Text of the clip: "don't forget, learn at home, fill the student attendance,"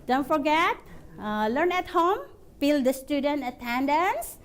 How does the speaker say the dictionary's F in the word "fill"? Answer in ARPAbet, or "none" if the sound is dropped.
P